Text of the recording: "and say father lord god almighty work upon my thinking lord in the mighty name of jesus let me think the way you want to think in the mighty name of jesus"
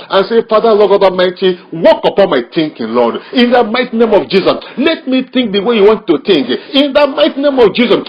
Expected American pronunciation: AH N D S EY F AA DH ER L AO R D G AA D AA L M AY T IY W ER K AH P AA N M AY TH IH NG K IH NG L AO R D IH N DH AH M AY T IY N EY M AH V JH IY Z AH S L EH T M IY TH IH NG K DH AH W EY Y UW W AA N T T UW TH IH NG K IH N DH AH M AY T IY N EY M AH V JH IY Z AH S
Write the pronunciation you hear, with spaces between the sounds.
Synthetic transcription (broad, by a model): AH N S EY F AA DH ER L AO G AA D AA M AY T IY W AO K AH P AA N M AY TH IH NG K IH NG L AO D IH N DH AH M AY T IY N EY M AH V JH IY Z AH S L EH T M IY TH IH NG K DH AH W EY Y UW W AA N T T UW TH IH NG K IH N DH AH M AY T IY N EY M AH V JH IY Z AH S